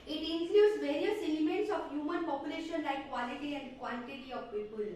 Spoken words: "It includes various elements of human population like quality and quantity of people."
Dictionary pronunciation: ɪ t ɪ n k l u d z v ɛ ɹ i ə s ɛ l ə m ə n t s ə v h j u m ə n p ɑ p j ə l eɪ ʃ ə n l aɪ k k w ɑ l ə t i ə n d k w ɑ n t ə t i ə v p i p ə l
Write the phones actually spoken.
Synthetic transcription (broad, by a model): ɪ t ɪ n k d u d s v ɛ ɹ i ə s ɛ l ə m ə n t s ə f h j u m ə n p ɑ p j ə l eɪ ʃ ə n l aɪ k k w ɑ l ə t i ə n d k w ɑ l t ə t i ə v p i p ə l